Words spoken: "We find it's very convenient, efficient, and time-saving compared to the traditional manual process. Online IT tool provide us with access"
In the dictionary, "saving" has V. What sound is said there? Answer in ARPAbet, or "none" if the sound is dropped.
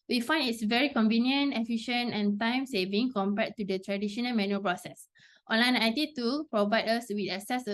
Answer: V